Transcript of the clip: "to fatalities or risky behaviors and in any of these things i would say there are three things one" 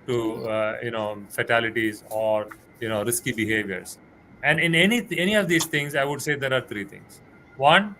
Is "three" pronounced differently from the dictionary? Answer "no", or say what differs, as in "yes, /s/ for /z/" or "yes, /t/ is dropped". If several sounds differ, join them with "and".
yes, /t/ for /θ/